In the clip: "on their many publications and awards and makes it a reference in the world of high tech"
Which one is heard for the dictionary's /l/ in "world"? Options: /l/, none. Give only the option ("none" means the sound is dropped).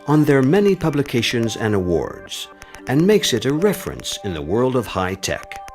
/l/